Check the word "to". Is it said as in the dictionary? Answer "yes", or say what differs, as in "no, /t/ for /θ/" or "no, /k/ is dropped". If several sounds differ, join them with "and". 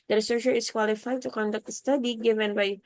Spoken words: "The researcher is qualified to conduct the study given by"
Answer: yes